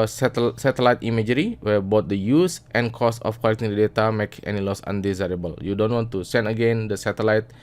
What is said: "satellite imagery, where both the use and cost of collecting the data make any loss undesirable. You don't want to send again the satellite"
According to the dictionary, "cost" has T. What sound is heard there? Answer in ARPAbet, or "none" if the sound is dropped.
none